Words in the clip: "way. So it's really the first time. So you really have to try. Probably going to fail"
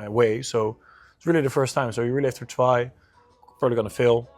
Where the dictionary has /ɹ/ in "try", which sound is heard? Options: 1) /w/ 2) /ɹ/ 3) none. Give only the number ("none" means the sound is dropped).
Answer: 1